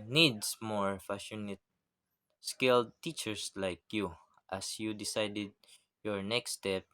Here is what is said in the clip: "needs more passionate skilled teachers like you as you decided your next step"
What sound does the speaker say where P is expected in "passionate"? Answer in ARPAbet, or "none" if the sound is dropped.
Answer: F